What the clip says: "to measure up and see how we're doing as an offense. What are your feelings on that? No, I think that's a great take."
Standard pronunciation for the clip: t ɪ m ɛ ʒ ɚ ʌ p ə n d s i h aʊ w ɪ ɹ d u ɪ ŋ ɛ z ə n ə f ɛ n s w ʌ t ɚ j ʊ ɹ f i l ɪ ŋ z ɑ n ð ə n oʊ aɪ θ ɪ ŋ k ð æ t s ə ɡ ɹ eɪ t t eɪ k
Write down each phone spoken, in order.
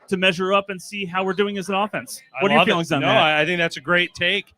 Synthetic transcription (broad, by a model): t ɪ m ɛ ʒ ɚ ʌ p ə n s i h aʊ w ɪ ɹ d u ɪ ŋ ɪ z ə n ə f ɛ n s w ʌ t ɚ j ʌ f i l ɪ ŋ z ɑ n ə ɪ aɪ θ ɪ ŋ k ð æ t s ə ɡ ɹ eɪ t t eɪ k